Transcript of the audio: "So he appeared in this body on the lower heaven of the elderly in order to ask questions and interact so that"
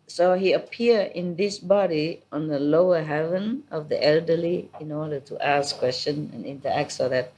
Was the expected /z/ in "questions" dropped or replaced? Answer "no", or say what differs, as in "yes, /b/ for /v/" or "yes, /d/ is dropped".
yes, /z/ is dropped